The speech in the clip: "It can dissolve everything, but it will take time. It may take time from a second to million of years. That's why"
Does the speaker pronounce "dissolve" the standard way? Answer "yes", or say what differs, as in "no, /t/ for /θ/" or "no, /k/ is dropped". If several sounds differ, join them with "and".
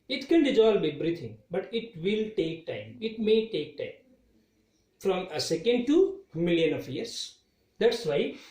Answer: no, /b/ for /v/